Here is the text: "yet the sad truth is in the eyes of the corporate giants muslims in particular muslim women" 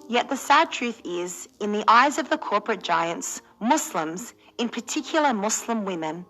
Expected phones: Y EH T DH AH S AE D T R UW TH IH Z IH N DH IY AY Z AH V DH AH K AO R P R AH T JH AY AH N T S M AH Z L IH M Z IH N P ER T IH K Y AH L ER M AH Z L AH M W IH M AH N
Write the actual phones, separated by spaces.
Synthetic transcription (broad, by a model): Y EH T DH AH S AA D T R UW TH IH Z IH N DH IY AY Z AH V DH AH K AO R P R AH T JH AY AH N T S M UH S L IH M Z IH N P ER T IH K Y L ER M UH S L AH M W IH M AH N